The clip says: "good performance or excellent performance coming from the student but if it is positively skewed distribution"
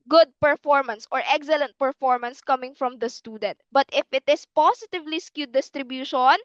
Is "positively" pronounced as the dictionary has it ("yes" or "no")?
no